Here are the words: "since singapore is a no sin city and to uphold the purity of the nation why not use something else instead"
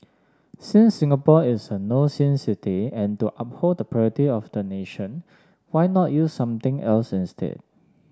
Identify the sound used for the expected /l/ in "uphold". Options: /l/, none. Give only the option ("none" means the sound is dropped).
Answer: none